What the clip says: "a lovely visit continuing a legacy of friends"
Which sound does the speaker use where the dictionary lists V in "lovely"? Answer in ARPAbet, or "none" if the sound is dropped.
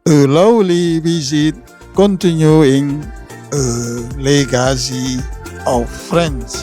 W